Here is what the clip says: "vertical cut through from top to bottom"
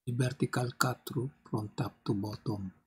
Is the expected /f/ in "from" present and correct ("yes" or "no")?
no